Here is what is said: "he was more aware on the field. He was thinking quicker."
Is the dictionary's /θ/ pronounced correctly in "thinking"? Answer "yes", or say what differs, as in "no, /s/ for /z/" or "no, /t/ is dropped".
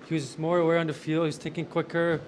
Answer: no, /t/ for /θ/